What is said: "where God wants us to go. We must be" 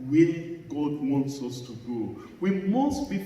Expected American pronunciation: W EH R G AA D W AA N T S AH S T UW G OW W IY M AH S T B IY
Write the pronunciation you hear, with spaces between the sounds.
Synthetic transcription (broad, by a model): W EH G AA D W AA N T S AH S T UW G OW W IY M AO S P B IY